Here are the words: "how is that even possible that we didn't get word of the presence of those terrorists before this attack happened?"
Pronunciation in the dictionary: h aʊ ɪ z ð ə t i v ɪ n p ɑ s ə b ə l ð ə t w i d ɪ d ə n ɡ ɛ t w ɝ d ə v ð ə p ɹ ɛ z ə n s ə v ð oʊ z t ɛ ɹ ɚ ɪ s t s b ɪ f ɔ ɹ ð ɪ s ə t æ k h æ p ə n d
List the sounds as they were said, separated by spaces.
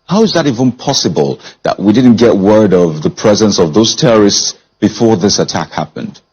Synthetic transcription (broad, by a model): h aʊ ɪ z ð ə t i v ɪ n p ɑ s ə b ə l ð ə t w i d ɪ d n ɡ ɛ t w ɝ d ə v ð ə p ɹ ɛ z ə n s ə v ð oʊ z t ɛ ɹ ɚ ɪ s t s b ɪ f ɔ ɹ ð ɪ s ə t æ k h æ p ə n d